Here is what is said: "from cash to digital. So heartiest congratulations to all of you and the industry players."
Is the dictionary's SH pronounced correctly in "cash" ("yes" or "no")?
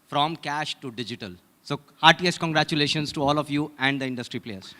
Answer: yes